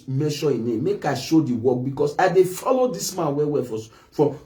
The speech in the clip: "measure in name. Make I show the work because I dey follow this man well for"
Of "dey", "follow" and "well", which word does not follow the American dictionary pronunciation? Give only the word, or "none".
well